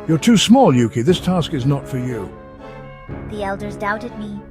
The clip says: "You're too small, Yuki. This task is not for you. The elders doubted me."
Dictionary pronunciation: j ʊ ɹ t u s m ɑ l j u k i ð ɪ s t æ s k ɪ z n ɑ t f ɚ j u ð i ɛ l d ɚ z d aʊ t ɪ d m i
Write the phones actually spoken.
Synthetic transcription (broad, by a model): j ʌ ɹ t u s m ɑ l j u k i ð ɪ s t æ s k ɪ z n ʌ t f ɚ j u ð i ɛ l d ɚ z d aʊ t ɪ d m i